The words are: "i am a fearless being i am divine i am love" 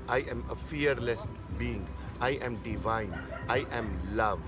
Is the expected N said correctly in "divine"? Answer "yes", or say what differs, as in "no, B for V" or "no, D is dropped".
yes